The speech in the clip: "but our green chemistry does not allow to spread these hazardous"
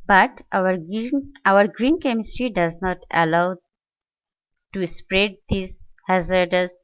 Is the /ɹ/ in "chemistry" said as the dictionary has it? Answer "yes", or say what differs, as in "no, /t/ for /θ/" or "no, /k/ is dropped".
yes